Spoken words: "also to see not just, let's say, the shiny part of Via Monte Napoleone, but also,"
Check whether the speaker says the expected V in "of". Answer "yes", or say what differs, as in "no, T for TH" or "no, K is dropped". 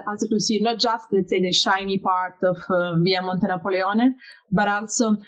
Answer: no, F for V